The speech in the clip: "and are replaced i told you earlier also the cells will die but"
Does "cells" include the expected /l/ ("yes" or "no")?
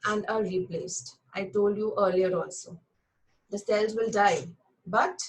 yes